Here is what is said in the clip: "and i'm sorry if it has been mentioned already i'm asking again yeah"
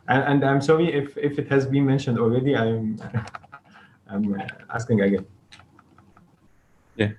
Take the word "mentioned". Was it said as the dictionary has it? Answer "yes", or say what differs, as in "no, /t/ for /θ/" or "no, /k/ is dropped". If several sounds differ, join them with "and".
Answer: yes